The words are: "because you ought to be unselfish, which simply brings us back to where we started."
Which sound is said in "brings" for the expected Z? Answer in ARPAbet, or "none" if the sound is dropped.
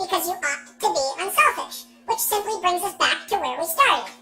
Z